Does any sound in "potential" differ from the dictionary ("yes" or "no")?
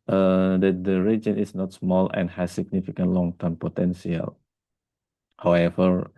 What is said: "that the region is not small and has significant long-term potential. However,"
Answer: yes